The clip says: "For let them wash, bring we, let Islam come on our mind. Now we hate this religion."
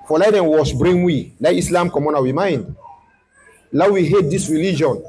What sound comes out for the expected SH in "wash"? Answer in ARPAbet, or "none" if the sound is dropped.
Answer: S